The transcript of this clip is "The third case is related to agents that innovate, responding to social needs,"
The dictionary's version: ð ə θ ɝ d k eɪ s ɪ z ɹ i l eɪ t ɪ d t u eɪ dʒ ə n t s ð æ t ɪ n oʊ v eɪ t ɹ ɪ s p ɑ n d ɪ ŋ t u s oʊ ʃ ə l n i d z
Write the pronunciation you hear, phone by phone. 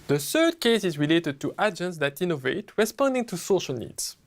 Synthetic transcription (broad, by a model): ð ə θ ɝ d k eɪ s ɪ z ɹ i l eɪ t ɪ d t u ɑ dʒ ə n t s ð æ t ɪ n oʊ v eɪ t ɹ ɪ s p ɑ n d ɪ ŋ t u s oʊ ʃ ə l n i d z